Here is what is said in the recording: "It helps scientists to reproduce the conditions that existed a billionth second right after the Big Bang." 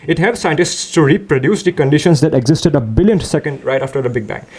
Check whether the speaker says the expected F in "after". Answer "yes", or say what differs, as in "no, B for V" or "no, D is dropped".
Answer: yes